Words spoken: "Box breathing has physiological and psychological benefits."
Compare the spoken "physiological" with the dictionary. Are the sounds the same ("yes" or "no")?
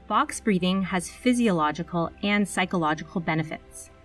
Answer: yes